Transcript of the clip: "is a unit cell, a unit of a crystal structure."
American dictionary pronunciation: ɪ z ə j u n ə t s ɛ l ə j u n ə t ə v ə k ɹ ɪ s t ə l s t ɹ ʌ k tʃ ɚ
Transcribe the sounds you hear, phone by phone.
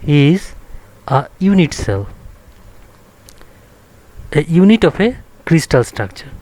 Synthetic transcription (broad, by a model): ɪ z ə j u n ə t s ɛ l ə j u n ə t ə p ə k ɹ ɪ s t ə l s t ɹ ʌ k tʃ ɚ